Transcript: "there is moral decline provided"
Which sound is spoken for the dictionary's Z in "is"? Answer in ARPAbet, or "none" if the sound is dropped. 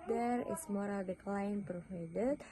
S